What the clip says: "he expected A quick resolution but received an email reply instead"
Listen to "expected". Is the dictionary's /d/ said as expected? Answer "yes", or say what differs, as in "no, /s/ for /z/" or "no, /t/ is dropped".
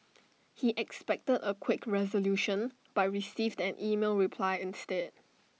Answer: yes